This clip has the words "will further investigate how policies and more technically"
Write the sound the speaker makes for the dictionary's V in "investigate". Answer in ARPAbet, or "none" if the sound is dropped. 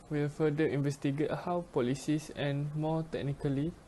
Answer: V